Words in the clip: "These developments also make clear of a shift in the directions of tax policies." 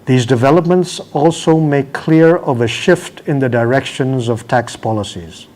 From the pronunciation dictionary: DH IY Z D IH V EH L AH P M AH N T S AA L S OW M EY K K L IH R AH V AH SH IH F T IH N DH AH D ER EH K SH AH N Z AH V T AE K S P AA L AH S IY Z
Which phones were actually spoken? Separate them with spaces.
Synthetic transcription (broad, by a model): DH IY Z D IH V EH L AH P M AH N T S AA L S OW M EY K K L IH R AH V AH SH IH F T IH N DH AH D ER EH K SH AH N Z AH V T AE K S P AA L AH S IY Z